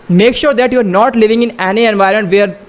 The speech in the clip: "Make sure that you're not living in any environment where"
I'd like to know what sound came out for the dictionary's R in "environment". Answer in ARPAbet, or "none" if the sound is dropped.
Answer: none